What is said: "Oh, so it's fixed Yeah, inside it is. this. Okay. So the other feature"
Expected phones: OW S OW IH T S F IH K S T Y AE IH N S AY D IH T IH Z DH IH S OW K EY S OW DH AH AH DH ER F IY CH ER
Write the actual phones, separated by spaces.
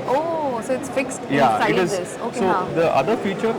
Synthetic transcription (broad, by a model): OW S OW IH T S F IH K S T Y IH S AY IH T IH Z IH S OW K S OW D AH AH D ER F IY CH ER